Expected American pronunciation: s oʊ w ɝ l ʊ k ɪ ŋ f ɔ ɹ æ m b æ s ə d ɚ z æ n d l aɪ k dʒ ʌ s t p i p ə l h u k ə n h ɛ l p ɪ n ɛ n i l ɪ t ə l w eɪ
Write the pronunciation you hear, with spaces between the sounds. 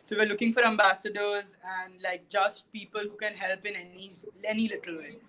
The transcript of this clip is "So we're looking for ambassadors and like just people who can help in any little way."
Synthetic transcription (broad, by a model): s oʊ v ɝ l ʊ k ɪ ŋ f ɔ ɹ æ m b æ s ə d ɚ z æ n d l aɪ k dʒ ʌ s t p i p ə l h u k ə n h ɛ l p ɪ n ɛ n i l ɪ t ə l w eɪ